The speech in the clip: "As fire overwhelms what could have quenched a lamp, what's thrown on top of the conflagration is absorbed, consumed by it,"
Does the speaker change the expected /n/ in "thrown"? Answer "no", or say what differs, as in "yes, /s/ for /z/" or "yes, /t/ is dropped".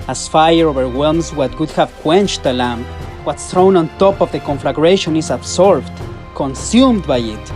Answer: no